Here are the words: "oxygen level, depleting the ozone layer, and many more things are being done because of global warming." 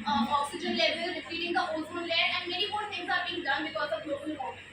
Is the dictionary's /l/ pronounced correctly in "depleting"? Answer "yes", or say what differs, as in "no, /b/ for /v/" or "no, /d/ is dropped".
no, /l/ is dropped